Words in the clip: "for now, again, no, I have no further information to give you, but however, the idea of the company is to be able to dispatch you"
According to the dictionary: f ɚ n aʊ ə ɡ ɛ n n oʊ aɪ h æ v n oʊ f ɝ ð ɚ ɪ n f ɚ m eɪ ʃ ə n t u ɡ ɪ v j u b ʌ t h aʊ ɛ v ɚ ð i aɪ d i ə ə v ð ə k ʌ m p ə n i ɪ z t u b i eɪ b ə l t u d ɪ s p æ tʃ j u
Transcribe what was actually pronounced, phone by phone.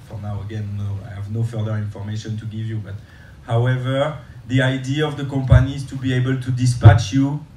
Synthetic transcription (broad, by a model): f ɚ n aʊ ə ɡ ɛ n n oʊ aɪ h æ v n oʊ f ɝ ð ɚ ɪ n f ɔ m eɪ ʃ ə n t u ɡ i v j u b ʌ t h aʊ ɛ v ɚ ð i aɪ d i ə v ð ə k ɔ m p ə n i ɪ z t u b i eɪ b ə l t u d ɪ s p æ tʃ j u